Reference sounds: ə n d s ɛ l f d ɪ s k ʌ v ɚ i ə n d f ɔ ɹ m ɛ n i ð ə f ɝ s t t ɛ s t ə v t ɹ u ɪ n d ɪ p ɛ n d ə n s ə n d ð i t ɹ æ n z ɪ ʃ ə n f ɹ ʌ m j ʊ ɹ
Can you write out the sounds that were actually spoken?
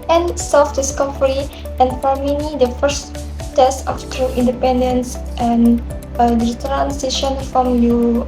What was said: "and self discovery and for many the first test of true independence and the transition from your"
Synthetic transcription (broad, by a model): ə n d s ɛ l f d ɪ s k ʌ f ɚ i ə n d f ɔ ɹ m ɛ n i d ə f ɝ s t t ɛ s t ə f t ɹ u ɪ n d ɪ p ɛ n d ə n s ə n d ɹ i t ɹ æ n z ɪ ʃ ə n f ɹ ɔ m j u